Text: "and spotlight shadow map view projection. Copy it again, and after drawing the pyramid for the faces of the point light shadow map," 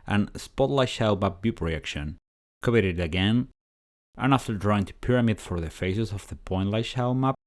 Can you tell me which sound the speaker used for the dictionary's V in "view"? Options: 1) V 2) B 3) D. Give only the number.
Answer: 2